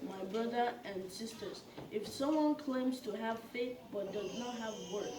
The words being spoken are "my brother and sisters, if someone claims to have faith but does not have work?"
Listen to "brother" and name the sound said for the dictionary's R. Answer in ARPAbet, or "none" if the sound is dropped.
R